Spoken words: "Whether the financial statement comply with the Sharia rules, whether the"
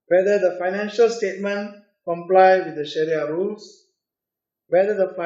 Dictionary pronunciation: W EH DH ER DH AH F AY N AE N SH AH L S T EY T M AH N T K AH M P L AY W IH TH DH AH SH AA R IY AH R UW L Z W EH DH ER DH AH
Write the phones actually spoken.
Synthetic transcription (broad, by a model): W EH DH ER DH AH F AY N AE N SH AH L S T EY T M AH N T K AH M P L AY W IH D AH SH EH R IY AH R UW L S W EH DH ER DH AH